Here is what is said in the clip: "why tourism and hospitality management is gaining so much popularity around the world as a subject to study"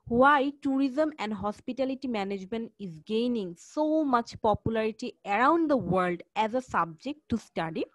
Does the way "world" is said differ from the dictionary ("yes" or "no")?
no